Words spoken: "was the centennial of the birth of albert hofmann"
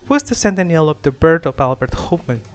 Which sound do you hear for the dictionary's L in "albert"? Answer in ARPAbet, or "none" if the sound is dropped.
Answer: L